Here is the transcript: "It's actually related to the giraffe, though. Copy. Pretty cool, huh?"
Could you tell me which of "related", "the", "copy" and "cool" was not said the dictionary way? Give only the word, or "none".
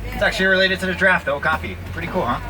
copy